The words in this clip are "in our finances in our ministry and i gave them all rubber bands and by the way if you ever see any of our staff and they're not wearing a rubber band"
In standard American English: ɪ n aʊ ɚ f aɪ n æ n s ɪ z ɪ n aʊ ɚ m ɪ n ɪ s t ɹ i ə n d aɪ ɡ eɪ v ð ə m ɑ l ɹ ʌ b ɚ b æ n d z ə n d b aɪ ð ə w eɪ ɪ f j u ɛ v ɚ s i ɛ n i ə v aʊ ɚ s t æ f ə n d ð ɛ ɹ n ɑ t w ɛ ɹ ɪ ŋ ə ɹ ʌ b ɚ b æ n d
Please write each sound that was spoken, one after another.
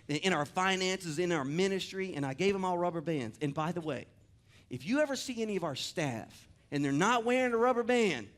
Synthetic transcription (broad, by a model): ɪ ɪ aʊ ɚ f aɪ n æ n s ɪ z ɪ n aʊ ɚ m ɪ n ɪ s t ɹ i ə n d aɪ ɡ eɪ v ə m ɑ l ɹ ʌ b ɚ b æ n d z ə n b aɪ ð ə w eɪ ɪ f j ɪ ɛ v ɚ s i ɛ n i ə v aʊ ɚ s t æ f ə n ð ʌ ɹ n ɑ t w ɛ ɹ ɪ ŋ ə ɹ ʌ b ɚ b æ n